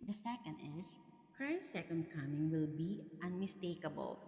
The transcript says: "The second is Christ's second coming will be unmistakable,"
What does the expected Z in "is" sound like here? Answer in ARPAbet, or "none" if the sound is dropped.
S